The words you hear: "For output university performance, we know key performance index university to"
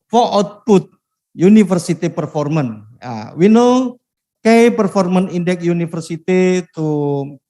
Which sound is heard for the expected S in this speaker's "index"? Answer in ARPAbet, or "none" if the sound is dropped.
none